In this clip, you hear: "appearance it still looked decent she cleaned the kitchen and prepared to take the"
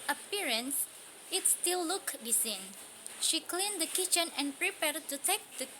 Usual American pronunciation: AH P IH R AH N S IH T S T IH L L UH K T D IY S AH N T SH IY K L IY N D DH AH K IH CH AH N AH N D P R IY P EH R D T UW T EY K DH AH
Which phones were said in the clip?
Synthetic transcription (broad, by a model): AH P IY R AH N S IH T S T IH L L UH K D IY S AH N SH IY K L IY N D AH K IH CH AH N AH N P R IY P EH R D T UW T EY K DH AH